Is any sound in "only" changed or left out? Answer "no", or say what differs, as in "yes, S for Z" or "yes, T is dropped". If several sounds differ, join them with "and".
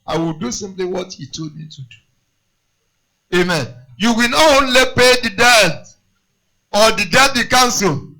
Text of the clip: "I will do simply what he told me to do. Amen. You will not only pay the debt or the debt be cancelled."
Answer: no